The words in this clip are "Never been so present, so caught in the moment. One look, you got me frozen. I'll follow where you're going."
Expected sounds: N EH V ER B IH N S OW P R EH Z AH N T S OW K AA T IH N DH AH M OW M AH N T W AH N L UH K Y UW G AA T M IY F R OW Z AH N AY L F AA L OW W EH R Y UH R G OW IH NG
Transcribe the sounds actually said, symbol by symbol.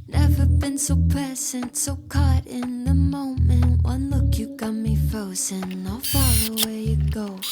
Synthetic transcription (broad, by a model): N EH V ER B IH N S OW P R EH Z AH N T S OW K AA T IH N DH AH M OW M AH N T W AH N L UH K Y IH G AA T M IY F OW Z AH N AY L F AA OW W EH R Y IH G OW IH